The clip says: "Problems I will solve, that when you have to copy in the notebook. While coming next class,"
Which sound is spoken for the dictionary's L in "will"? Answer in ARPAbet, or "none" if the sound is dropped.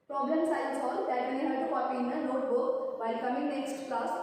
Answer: N